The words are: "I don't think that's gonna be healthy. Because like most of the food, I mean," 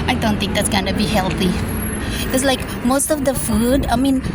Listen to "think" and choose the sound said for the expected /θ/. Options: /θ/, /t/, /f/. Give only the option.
/t/